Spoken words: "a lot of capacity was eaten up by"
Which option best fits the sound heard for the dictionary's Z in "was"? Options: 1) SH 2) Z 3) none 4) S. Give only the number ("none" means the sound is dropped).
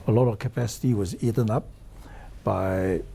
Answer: 2